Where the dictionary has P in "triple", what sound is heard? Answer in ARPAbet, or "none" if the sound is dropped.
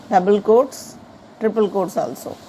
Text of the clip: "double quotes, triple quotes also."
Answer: P